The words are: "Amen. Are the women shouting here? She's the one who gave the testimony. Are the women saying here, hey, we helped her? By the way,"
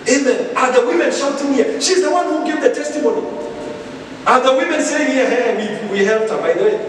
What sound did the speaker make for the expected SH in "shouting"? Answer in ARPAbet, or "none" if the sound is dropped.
S